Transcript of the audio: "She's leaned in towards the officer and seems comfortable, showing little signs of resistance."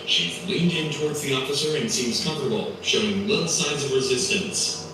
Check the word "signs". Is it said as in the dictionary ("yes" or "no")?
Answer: yes